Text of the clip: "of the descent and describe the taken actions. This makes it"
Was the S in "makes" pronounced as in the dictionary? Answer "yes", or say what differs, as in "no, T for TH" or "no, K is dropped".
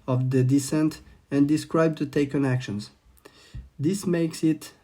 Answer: yes